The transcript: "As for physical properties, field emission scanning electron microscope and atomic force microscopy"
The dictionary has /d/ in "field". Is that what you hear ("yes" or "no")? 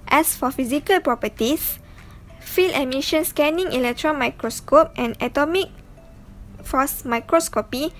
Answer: no